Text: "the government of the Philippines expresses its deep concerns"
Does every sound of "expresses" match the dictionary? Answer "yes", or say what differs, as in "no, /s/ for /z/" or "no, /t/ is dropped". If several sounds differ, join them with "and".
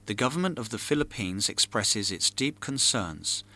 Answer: yes